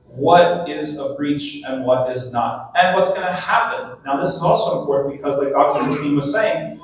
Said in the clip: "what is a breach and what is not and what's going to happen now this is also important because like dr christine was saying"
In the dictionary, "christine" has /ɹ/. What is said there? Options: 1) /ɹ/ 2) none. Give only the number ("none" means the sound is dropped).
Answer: 2